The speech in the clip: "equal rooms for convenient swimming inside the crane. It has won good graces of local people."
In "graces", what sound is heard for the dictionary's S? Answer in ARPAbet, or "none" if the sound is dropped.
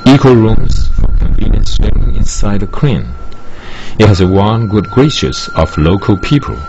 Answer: SH